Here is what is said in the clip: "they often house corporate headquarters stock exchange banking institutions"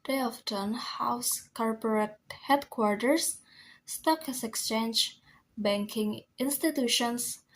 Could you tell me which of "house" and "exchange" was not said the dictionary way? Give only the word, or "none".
none